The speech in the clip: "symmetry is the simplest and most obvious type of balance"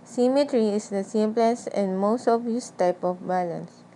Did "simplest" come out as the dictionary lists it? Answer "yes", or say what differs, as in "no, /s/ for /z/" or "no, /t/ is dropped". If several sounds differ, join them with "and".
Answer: no, /t/ is dropped